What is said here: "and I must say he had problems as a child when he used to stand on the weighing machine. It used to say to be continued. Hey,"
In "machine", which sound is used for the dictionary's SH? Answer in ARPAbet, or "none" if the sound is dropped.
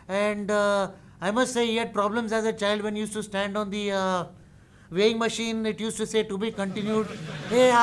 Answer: SH